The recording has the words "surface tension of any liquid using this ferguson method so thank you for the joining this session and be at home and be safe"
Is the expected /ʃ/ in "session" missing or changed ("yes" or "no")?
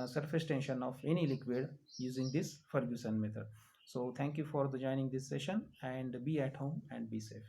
no